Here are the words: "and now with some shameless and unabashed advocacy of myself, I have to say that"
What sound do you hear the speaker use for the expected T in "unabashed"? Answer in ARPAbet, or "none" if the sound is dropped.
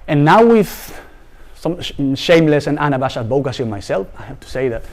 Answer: none